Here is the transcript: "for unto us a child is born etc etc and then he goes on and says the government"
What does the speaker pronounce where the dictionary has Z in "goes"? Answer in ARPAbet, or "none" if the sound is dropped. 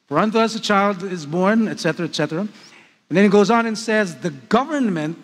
Z